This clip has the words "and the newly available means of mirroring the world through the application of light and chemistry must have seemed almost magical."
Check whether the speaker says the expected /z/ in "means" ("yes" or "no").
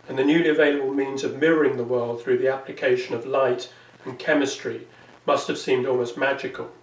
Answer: yes